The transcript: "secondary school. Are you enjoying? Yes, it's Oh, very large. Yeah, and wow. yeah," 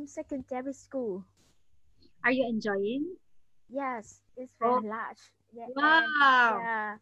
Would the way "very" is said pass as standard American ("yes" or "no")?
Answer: no